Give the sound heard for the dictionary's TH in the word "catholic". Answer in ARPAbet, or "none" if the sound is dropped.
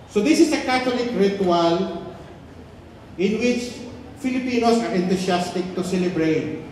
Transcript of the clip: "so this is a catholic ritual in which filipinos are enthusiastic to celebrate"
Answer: T